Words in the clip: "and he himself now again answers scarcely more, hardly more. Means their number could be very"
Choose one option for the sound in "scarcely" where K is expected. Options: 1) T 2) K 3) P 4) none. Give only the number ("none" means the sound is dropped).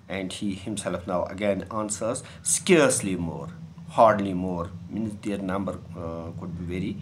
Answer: 2